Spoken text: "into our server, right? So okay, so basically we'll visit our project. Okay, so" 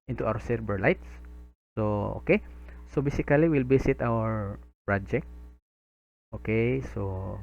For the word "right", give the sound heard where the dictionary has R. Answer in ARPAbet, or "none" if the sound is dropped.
L